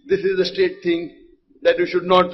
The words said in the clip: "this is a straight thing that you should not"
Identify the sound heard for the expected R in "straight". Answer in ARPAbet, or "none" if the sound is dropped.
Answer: none